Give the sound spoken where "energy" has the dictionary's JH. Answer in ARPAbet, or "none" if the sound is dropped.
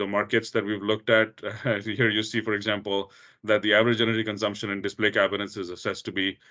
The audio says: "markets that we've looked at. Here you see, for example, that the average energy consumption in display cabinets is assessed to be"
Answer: none